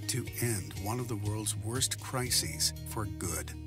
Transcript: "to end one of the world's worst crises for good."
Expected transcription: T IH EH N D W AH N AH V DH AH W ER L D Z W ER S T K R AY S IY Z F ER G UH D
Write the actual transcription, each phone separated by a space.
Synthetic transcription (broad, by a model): T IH EH N D W AH N AH V DH AH W ER L D Z W ER S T K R AY S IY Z F ER G UH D